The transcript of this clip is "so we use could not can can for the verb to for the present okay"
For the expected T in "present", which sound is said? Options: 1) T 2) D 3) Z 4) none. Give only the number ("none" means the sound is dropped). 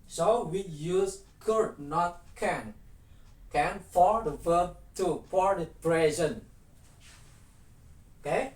4